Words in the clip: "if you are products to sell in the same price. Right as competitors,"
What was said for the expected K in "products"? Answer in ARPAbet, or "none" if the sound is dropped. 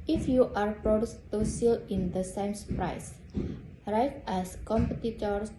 none